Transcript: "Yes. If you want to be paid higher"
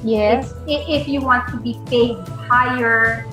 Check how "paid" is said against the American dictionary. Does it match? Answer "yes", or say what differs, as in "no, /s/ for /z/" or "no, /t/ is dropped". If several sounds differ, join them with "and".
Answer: no, /f/ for /p/